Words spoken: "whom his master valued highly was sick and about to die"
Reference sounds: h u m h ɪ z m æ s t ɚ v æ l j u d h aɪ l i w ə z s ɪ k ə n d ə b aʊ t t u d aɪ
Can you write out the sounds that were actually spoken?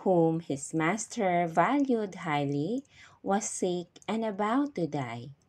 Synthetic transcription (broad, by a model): h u m h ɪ s m æ s t ɚ v æ l j u d h aɪ l i w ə s ɪ k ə n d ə b aʊ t t u d aɪ